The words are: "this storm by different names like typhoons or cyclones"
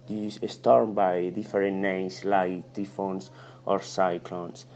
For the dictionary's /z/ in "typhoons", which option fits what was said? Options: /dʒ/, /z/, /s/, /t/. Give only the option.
/s/